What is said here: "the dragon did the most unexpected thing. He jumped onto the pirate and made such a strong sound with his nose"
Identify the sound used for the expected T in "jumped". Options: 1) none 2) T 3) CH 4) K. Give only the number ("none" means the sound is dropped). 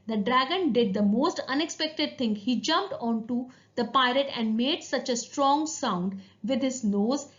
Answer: 2